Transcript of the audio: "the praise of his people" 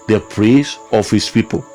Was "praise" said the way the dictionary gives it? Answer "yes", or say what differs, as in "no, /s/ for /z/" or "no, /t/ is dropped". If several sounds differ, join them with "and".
no, /s/ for /z/